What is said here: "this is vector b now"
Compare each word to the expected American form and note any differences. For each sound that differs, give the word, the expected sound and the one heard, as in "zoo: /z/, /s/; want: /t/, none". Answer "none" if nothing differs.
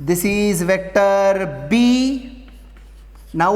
none